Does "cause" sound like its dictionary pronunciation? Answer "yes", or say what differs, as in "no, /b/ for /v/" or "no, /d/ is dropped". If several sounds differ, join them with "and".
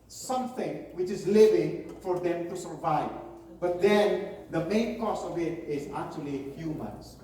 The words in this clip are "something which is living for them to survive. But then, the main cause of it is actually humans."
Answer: no, /s/ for /z/